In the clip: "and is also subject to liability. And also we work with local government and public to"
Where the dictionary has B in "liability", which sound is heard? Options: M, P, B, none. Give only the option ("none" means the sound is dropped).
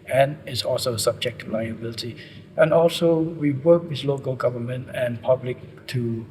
B